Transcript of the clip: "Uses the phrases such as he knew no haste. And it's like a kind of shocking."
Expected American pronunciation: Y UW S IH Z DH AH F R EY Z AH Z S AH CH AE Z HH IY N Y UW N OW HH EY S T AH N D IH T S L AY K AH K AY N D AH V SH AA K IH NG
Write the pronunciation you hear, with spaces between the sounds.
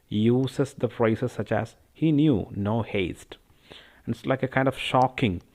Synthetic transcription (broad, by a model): Y UW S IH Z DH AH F R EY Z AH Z S AH CH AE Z HH IY N Y UW N OW HH EY S T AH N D IH T S L AY K AH K AY N D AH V SH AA K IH NG